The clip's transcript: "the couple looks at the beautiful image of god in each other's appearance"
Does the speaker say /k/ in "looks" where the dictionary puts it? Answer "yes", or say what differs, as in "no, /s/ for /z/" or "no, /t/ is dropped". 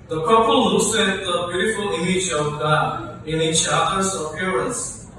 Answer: no, /k/ is dropped